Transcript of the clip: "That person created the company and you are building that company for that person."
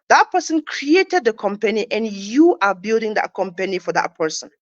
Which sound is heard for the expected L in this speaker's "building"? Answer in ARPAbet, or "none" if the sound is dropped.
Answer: L